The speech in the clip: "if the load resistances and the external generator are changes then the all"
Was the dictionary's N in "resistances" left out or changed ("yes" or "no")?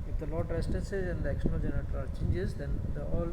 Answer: yes